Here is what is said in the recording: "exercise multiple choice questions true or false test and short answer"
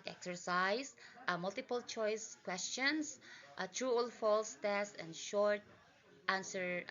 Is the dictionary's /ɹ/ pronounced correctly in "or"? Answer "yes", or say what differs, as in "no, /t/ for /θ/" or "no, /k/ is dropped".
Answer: no, /l/ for /ɹ/